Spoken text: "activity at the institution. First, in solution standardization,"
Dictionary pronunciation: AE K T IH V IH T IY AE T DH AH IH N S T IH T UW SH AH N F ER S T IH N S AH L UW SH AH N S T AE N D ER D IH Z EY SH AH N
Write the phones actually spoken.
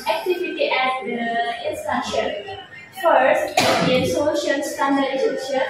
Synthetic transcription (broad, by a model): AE K T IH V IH T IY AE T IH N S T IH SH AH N F ER S T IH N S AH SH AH L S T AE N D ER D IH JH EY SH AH